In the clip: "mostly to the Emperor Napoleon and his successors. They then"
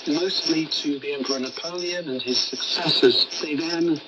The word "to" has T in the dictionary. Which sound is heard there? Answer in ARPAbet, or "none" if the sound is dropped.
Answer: T